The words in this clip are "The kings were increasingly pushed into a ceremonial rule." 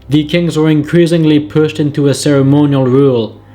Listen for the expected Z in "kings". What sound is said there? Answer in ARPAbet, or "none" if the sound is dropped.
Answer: Z